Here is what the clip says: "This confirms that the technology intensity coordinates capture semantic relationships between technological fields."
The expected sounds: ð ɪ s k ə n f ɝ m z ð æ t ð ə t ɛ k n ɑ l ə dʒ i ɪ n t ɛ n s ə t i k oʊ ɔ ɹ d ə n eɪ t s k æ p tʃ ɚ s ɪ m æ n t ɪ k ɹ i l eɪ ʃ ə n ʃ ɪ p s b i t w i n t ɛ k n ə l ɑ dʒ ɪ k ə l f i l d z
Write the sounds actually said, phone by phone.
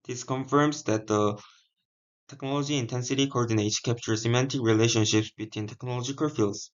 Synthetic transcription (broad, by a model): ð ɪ s k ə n f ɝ m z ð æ t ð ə t ɛ k n ɑ l ə dʒ i ɪ n t ɛ n s ə t i k oʊ ɔ ɹ d ə n eɪ t s k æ p tʃ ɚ s ɪ m æ n t ɪ k ɹ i l eɪ ʃ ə n ʃ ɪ p s b i t w i n t ɛ k n ə l ɑ dʒ ɪ k ə l f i l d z